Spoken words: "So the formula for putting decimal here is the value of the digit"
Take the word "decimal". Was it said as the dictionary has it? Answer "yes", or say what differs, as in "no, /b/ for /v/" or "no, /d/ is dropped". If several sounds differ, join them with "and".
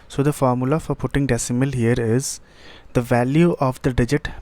yes